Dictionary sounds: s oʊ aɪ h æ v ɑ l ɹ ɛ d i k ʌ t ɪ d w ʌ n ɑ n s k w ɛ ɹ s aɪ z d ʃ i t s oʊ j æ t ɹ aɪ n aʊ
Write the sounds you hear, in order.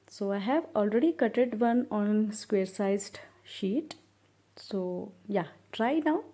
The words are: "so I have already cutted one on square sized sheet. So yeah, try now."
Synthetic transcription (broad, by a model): s oʊ aɪ h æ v ɑ l ɹ ɛ d i k ʌ t ɪ d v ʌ n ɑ n s k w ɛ ɹ s aɪ z d ʃ i t s oʊ j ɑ t ɹ aɪ n aʊ